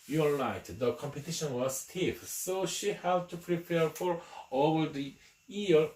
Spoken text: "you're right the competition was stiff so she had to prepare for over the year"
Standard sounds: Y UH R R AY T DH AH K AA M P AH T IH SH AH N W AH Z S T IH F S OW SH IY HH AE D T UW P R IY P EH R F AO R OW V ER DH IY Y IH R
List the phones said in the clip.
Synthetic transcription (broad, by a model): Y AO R L AY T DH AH K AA M P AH T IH SH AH N W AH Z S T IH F S OW SH IY HH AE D T UW P R IY P EH R F AO R OW V ER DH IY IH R